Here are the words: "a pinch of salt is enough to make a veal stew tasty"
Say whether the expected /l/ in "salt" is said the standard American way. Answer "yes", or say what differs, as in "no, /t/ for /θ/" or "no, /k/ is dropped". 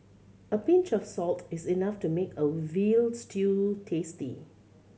yes